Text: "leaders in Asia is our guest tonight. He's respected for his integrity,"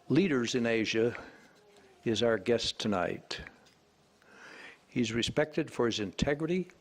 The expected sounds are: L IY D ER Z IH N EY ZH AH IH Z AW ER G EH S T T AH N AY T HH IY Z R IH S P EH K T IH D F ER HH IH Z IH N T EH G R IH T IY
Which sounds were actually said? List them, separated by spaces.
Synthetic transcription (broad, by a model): L IY D ER Z IH N EY ZH AH IH Z AW ER G EH S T T AH N AY T HH IY Z R IH S P EH K T IH D F ER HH IH Z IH N T EH G R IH T IY